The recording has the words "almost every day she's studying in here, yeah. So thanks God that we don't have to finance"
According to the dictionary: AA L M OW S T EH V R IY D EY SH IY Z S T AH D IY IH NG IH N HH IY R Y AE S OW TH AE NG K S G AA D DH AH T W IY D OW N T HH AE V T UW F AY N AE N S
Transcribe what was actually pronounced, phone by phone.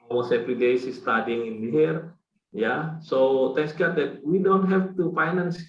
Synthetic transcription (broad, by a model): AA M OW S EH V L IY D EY S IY S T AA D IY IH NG IH N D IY R Y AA S OW T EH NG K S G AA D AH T W IY D OW N T HH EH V T UW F AY N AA N S